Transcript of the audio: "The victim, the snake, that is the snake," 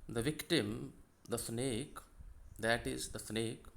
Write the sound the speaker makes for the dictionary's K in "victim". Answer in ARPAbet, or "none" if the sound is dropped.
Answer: K